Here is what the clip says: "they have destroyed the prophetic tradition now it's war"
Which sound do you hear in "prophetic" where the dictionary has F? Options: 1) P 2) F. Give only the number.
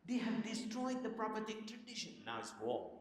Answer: 1